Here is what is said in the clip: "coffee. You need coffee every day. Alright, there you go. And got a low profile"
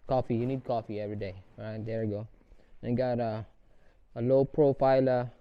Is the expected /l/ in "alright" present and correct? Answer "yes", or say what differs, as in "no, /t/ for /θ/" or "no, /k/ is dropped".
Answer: no, /l/ is dropped